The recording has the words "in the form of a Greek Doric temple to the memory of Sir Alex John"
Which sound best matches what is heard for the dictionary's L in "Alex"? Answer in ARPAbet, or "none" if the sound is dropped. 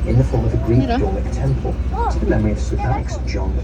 none